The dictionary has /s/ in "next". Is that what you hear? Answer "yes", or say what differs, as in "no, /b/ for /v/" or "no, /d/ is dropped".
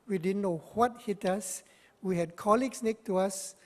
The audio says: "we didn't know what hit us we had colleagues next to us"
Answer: no, /s/ is dropped